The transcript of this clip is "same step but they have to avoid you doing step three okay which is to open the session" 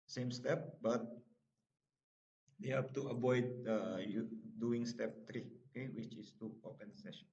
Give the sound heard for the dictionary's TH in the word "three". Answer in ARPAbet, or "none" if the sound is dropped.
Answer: T